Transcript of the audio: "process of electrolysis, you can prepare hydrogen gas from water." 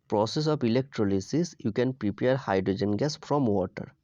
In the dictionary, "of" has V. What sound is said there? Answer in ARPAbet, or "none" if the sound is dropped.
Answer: P